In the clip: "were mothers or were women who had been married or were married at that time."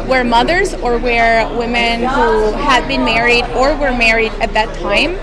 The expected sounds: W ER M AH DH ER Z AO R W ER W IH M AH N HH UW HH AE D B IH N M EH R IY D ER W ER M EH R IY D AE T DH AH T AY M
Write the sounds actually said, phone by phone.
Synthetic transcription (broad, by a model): W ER M AH DH ER Z AO R W ER W IH M AH N HH UW HH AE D B IH N M EH R IY D ER W ER M EH R IY D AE T DH AH T AY M